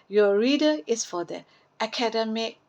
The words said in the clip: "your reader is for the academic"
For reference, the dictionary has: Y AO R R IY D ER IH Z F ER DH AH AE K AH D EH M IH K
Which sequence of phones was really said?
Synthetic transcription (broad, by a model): Y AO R R IY D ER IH S F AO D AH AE K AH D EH M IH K